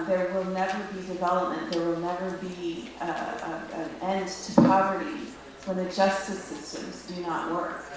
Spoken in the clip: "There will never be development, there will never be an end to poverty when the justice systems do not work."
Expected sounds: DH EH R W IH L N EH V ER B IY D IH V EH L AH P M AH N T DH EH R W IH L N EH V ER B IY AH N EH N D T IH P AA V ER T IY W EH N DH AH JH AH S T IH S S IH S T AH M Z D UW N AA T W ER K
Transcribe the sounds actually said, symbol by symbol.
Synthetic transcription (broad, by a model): DH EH R W IH L N EH V ER B IY D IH V EH L AH P M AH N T DH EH R W IH L N EH V ER B IY AH N EH N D T IH P AA V ER T IY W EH N DH AH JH AH S T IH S S IH S T AH M Z D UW N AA T W ER K